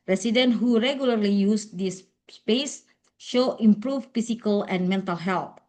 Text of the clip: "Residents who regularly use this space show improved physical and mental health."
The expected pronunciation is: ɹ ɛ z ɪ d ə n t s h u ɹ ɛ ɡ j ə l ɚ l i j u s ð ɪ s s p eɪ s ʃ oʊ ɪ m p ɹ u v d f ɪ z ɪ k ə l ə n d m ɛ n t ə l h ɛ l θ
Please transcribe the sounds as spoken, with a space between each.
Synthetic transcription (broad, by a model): ɹ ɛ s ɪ d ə n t h u ɹ ɛ ɡ j ə l ɚ l i j u s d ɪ s s p eɪ s ʃ oʊ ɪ m p ɹ u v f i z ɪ k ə l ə n m ɛ n t ə l h ɛ l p